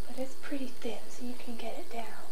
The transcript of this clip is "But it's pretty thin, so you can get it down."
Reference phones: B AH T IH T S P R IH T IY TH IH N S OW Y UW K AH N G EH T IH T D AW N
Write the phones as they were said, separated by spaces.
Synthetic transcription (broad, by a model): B AH T IH T S P R IH T IY TH IH N S OW Y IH K AH N G EH T IH T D AW N